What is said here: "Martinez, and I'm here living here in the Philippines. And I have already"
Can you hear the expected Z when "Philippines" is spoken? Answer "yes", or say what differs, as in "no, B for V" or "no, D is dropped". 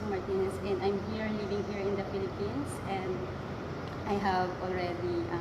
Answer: no, S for Z